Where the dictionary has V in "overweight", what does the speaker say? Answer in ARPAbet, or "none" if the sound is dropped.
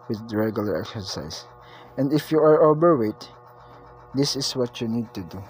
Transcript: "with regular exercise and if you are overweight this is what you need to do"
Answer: B